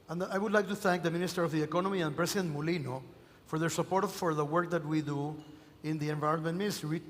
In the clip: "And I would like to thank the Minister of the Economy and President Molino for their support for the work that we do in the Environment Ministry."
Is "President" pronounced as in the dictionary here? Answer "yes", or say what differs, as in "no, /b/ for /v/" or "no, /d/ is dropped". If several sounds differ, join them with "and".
no, /s/ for /z/